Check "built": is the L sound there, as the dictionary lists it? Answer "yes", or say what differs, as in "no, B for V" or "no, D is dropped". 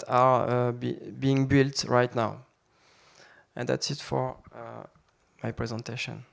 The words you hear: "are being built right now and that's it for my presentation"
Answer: yes